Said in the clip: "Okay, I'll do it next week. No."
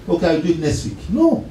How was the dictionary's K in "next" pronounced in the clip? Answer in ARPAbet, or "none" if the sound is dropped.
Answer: none